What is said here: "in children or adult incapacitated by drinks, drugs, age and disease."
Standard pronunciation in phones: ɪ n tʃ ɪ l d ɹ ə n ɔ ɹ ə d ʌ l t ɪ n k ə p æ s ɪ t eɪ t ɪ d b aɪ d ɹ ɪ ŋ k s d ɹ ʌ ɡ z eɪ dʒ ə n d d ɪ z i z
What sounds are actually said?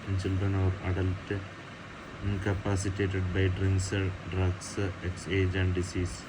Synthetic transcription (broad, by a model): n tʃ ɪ l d ɹ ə n ɔ ɹ ə d ʌ l t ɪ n k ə p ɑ s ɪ t eɪ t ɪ d b aɪ d ɹ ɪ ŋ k s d ɹ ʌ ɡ s eɪ dʒ ə n d d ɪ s i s